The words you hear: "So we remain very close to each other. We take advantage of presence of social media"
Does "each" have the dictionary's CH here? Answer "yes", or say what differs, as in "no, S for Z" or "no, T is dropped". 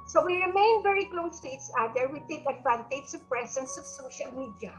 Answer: no, S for CH